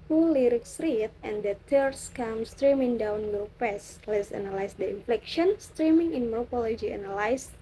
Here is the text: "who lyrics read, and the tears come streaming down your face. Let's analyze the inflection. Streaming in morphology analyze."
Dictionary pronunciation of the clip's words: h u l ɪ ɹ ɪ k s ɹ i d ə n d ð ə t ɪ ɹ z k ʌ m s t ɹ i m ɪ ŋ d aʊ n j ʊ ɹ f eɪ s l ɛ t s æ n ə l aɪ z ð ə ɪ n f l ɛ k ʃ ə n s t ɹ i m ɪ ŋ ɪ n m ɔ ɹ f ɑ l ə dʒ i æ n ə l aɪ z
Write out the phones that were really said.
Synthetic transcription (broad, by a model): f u l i ɹ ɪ k s ɹ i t ə n d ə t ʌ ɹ s k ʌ m s t ɹ i m ɪ ŋ d aʊ n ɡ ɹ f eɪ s l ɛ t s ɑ n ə l aɪ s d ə ɪ n f l ɛ k ʃ ə n s t ɹ i m ɪ ŋ ɪ n m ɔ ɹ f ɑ l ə dʒ i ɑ n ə l aɪ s